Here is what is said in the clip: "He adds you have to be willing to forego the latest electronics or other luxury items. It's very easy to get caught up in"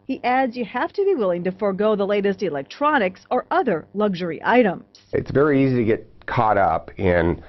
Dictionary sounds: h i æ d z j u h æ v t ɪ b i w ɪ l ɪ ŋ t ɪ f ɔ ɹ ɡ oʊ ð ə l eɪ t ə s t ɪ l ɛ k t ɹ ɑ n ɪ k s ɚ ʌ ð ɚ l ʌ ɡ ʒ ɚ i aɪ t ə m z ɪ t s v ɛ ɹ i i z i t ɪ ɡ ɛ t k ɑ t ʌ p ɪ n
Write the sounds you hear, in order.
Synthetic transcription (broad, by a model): h i æ d z j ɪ h æ f t ɪ b i w ɪ l ɪ ŋ t ɪ f ɔ ɹ ɡ oʊ ð ə l eɪ t ə s t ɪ l ɛ k t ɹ ɑ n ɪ k s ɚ ʌ ð ɚ l ʌ ɡ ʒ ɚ i aɪ t ə m z ɪ t s v ɛ ɹ i i z i t ɪ ɡ ɛ t k ɑ t ʌ p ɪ n